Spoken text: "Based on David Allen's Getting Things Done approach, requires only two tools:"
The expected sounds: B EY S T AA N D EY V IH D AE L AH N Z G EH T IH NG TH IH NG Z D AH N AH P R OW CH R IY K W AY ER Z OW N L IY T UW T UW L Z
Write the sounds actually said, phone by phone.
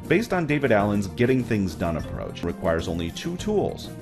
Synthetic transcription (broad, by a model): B EY S T N D EY V IH D AE L AH N Z G EH T IH NG TH IH NG Z D AH N AH P R OW CH R IY K W AY ER Z OW N L IY T UW T UW L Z